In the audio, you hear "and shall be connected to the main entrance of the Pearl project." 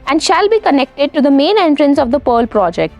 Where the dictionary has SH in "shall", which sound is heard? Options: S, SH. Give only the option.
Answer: SH